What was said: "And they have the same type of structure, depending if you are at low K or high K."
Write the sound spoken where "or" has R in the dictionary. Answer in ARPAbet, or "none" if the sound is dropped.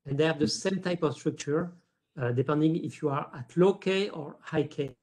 R